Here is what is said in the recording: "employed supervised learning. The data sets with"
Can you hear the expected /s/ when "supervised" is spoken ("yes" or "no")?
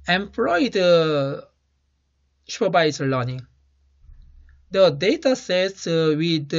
no